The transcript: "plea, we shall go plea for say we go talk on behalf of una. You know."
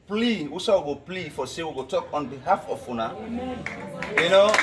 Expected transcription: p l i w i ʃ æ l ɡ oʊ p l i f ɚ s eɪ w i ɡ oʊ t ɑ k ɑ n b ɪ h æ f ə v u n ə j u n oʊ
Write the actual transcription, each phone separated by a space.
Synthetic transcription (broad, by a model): p l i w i s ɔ w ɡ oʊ p l i f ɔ s eɪ w i ɡ oʊ t ɑ k ɑ n b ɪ h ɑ f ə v u n ə j u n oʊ